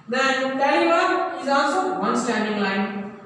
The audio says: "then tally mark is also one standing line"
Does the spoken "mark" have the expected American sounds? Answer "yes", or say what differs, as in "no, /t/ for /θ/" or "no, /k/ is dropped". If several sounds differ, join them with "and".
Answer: no, /k/ is dropped